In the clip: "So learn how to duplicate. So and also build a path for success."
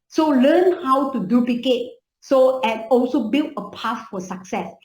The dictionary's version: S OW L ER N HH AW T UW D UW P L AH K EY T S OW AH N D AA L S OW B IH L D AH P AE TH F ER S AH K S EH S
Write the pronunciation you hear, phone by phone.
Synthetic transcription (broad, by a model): S OW L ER N HH AW T UW D UW P L AH K EY T S OW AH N AA L S OW B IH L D AH P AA F F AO S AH K S EH S